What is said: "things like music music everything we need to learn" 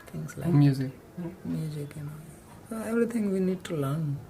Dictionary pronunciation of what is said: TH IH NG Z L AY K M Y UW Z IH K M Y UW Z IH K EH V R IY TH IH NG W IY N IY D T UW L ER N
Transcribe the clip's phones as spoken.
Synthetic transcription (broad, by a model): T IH NG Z L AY M Y UW Z IH K M Y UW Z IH K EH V R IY T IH NG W IY N IY D T UW L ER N